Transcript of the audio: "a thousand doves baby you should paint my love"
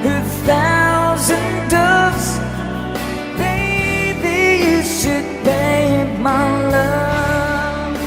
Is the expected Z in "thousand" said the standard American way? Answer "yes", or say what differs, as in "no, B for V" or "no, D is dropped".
yes